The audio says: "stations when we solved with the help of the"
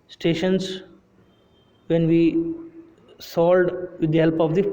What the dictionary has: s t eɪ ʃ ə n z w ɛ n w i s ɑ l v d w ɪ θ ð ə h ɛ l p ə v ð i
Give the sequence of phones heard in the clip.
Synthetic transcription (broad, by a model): s t eɪ ʃ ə n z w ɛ n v i s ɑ l d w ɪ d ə h ɛ l p ə v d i